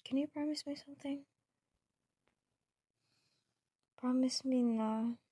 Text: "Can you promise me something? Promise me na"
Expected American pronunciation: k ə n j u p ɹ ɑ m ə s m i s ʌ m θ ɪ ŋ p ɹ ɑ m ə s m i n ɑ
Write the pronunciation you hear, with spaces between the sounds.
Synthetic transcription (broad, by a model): k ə n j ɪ p ɹ ɑ m ə s m i s ʌ m θ ɪ ŋ p ɹ ɑ m ə s m i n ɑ